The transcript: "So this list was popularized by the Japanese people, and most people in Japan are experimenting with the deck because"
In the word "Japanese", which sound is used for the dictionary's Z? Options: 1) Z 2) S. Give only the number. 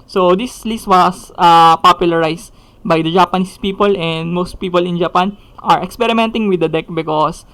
2